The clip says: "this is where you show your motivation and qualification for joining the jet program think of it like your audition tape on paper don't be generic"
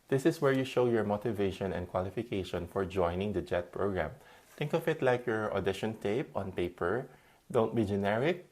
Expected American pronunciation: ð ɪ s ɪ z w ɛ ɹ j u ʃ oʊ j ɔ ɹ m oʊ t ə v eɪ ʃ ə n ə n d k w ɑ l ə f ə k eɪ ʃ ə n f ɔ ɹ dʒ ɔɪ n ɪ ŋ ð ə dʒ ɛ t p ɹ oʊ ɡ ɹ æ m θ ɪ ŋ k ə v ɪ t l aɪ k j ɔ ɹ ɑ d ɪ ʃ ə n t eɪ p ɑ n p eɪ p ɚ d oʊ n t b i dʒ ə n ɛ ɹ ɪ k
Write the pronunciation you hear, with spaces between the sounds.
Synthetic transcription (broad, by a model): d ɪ s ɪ s w ɛ ɹ j u ʃ oʊ j ɔ ɹ m oʊ t ə v eɪ ʃ ə n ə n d k w ɑ l ə f ə k eɪ ʃ ə n f ɔ ɹ dʒ ɔɪ n ɪ ŋ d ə dʒ ɛ t p ɹ oʊ ɡ ɹ æ m t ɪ ŋ k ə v ɪ t l aɪ k j ɔ ɹ ɑ d ɪ ʃ ə n t eɪ p ɑ n p eɪ p ɚ d oʊ n t b i dʒ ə n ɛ ɹ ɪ k